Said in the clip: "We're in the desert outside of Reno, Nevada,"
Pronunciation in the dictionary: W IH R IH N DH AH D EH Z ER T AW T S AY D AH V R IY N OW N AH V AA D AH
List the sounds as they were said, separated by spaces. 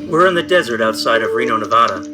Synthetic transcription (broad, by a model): W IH R IH N DH AH D EH Z ER T AW T S AY D AH V R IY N OW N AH V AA D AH